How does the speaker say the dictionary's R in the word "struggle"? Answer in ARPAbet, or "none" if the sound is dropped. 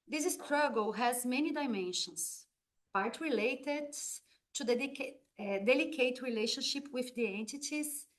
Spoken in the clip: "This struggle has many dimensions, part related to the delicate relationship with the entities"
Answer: R